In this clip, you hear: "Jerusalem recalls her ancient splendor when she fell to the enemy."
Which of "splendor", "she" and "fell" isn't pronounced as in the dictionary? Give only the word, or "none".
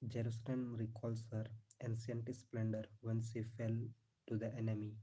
she